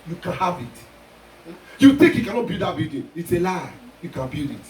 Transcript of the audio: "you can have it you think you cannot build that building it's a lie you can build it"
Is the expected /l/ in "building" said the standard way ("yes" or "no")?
no